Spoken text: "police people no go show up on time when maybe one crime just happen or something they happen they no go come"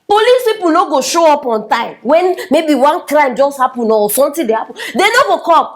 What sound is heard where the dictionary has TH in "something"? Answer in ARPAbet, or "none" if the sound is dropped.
T